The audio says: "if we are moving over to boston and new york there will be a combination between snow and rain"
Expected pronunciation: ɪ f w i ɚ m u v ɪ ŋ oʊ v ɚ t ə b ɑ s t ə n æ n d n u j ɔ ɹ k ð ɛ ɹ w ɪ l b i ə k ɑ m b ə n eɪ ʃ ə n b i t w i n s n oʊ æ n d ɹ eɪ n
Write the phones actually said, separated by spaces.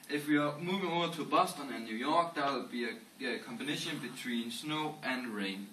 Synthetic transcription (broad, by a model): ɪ f w i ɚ m u v ɪ ŋ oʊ ɚ s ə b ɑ s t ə n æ n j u j ɔ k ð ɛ w ɪ l b i ə k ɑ m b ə n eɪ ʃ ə n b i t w i n s n oʊ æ n ɹ eɪ n